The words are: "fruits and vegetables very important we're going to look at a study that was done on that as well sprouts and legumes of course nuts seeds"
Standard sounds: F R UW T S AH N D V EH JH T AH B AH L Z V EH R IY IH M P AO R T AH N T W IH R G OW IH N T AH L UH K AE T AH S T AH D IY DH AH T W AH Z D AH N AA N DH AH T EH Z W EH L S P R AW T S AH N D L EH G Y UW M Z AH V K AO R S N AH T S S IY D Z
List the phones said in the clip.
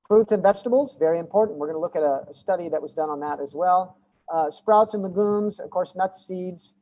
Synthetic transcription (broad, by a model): F R UW T S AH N V EH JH T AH B L Z V EH R IY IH M P AO R T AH N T W IH R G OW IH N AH L UH K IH T AH S T AH D IY DH AH T W AH Z D AH N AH N DH AH T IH Z W EH L S P R AW T S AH N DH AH G UW M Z AH V K AO R S N AH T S S IY D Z